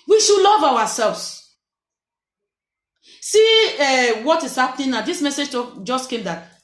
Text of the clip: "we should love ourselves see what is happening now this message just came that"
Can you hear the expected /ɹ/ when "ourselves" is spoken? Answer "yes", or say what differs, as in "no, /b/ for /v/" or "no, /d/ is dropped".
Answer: no, /w/ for /ɹ/